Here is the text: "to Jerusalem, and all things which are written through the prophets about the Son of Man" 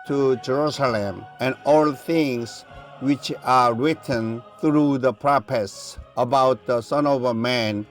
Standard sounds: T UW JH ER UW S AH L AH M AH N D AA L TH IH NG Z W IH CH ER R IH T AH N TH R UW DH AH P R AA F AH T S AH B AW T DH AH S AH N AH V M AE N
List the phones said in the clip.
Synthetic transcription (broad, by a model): T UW JH ER UW S AH L AH M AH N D AA L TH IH NG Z W IH CH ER R IH T AH N TH R UW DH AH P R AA P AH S AH B AW T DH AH S AH N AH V M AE N